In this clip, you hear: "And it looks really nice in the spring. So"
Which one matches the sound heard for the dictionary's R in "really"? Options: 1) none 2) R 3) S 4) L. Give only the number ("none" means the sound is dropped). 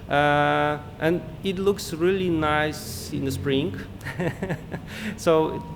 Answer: 2